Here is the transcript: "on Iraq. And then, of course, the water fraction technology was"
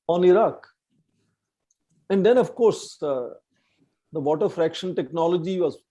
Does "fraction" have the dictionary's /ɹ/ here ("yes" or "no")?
yes